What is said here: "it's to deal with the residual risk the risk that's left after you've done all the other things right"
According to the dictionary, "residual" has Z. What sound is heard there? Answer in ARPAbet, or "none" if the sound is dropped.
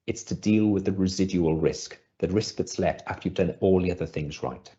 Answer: Z